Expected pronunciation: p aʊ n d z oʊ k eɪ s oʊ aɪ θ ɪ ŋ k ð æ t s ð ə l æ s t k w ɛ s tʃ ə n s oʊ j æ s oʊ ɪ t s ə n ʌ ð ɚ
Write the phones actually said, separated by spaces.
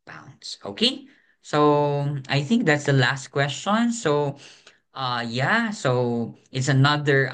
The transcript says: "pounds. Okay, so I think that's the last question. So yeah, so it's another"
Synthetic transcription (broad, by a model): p aʊ n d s oʊ k eɪ s oʊ aɪ θ ɪ ŋ k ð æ t s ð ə l æ s t k w ɛ s tʃ ə n s oʊ j æ s oʊ ɪ t s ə n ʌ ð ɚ